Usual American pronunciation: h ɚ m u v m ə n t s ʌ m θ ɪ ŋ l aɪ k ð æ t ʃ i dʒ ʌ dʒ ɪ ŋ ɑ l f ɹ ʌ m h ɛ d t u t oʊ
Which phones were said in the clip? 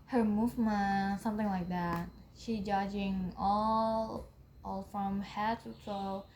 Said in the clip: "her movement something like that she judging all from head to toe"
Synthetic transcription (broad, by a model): h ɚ m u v m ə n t s ʌ m θ ɪ ŋ l aɪ k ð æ t ʃ i dʒ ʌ dʒ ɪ ŋ ɑ l f ɹ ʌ m h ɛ t u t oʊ